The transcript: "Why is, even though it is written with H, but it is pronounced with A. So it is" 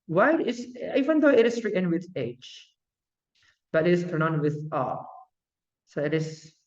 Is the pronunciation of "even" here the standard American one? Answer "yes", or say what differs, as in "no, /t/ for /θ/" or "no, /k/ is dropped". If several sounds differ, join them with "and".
yes